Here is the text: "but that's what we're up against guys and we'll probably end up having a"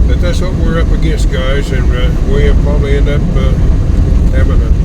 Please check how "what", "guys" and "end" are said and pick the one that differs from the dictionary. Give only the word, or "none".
none